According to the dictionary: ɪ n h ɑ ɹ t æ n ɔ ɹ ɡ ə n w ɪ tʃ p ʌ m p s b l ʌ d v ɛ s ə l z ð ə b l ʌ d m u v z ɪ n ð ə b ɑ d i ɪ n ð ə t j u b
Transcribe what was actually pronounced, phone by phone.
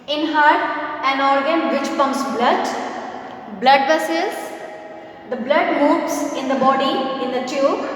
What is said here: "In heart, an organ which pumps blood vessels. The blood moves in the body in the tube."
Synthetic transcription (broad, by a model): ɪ n h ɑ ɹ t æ n ɔ ɹ ɡ ə n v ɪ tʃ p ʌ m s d b l ʌ d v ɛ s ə z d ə b l ʌ d m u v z ɪ n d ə b ɑ d i ɪ n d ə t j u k